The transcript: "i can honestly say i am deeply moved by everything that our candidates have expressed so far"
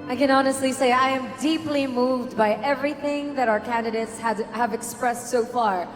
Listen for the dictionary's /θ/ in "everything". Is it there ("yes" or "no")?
yes